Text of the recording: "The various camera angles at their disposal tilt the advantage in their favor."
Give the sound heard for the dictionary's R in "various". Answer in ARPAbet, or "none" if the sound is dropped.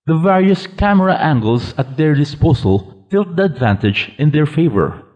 R